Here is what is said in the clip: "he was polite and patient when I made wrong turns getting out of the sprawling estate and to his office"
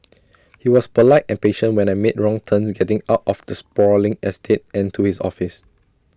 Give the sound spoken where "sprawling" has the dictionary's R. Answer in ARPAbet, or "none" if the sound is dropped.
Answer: none